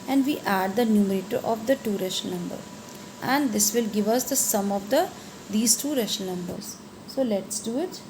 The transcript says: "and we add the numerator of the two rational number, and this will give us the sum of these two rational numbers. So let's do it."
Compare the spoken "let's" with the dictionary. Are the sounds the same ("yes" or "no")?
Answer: yes